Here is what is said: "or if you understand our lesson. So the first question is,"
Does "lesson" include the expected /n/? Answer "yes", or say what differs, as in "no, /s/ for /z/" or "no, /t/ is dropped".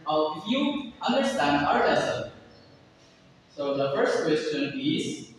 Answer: no, /l/ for /n/